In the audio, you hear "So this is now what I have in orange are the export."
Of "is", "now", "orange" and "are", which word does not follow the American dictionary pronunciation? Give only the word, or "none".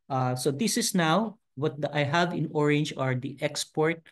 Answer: is